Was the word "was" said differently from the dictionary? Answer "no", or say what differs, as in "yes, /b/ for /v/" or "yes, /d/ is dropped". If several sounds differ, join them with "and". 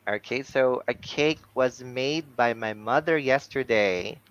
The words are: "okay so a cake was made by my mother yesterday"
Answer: no